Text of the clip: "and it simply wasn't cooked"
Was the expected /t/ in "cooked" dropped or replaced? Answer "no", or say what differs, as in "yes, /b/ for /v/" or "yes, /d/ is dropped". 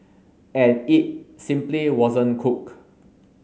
yes, /t/ is dropped